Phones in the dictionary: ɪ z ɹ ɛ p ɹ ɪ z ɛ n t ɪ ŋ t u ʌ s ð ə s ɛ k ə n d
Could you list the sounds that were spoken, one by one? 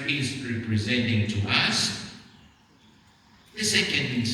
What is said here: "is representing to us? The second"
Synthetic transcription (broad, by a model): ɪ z ɹ ɛ p ɹ ɪ z ɛ n t ɪ ŋ t u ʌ s ð ə s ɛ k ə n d